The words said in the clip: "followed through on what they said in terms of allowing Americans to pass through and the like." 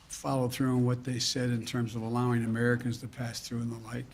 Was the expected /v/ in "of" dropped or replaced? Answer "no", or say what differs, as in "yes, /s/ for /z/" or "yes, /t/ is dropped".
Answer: no